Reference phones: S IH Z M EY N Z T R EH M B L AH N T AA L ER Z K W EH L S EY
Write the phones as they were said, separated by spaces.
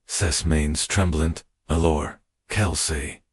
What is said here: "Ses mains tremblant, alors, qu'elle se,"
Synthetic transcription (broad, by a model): S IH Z M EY N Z T R EH M B L AH N T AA L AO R K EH L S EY